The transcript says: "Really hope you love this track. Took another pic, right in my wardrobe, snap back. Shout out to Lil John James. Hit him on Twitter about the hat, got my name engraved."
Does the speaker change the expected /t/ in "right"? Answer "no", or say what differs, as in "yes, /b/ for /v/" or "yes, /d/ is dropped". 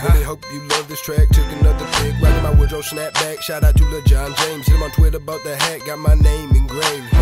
yes, /t/ is dropped